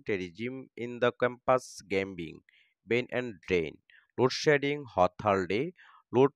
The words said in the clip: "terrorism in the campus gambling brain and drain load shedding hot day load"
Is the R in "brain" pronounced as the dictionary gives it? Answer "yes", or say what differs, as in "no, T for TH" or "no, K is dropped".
no, R is dropped